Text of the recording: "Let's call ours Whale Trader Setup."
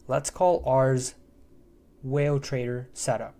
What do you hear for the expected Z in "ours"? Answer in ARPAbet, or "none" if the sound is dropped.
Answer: Z